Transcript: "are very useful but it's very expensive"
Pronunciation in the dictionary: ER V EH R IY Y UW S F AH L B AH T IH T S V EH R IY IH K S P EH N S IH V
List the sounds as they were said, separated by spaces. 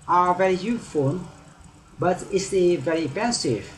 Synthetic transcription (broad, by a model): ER V EH R IY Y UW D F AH N B AH T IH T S V EH R IY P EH N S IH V